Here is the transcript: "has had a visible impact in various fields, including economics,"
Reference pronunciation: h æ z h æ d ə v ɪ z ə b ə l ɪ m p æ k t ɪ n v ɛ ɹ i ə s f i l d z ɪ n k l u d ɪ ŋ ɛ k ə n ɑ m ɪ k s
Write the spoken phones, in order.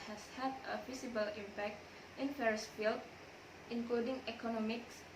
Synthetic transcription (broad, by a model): h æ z h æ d ə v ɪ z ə b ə l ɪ m p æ k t ɪ n f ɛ ɹ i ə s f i l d ɪ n k l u d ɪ ŋ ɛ k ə n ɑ m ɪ k s